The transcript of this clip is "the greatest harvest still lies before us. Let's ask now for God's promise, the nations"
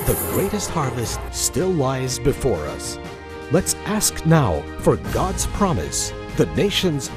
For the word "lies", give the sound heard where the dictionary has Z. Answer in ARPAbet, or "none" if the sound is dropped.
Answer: Z